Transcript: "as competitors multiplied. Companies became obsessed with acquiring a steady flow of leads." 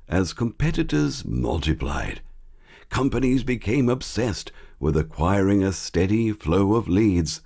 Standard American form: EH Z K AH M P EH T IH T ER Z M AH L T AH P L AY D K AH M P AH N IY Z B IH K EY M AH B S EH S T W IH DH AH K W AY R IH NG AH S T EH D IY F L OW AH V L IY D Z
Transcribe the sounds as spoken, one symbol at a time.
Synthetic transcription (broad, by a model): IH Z K AH M P EH T IH T ER Z M AH L T AH P L AY D K AH M P AH N IY Z B IH K EY M AH B S EH S T W IH DH AH K W AY R IH NG AH S T EH D IY F L OW AH V L IY D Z